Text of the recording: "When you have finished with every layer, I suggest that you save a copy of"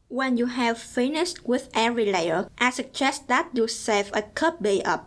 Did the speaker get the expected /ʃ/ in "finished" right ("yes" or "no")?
no